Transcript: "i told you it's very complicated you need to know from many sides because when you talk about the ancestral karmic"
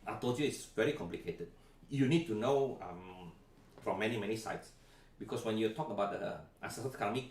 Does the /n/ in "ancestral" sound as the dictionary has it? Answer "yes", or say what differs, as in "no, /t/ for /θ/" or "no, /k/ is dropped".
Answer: no, /n/ is dropped